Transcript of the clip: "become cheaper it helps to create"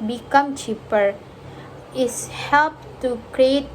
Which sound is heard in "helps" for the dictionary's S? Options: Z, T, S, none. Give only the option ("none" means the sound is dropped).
none